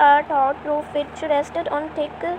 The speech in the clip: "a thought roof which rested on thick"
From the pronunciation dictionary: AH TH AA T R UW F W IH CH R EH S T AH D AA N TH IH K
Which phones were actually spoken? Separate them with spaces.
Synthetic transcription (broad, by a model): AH T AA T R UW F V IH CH R EH S T AH D AA N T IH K